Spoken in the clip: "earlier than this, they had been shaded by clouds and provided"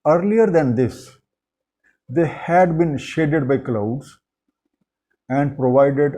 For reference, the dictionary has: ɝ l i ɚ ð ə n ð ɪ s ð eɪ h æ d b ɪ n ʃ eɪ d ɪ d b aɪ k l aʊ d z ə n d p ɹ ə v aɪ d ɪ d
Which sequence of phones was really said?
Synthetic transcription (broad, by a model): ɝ l i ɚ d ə n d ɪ s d eɪ h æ d b ɪ n ʃ eɪ d ɪ d b aɪ k l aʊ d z ə n d p ɹ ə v aɪ d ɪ d